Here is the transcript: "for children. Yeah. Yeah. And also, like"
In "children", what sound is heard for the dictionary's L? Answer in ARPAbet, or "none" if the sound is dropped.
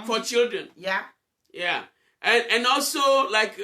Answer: L